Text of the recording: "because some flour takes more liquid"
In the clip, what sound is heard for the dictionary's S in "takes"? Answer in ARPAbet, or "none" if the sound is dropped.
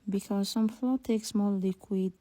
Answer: S